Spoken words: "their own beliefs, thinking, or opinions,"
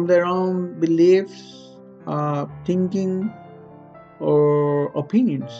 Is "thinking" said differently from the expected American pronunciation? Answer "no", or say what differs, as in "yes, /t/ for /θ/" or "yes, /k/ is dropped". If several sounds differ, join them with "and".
yes, /t/ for /θ/